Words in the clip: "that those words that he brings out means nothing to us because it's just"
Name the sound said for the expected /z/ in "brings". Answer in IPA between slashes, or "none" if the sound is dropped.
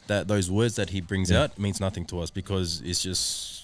/z/